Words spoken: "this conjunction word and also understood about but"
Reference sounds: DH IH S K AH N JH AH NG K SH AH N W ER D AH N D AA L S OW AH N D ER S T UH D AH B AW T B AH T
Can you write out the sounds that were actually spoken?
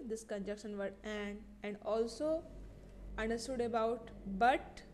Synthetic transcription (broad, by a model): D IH S K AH N JH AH K SH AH N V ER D AH N D AA L S OW AH N D ER S T UH D AH B AW T B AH T